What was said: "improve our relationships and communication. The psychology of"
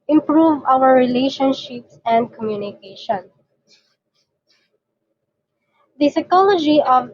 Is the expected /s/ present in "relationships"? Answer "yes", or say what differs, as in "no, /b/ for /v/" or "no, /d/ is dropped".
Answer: yes